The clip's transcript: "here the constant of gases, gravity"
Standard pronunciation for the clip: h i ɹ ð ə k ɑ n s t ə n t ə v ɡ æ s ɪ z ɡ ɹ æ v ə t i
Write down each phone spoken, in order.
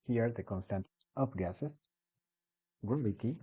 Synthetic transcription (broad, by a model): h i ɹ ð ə k ɑ n s t ə n t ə p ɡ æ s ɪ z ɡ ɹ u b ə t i